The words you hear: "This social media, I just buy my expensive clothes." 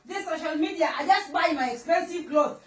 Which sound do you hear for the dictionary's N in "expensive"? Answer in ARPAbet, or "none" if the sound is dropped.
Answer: N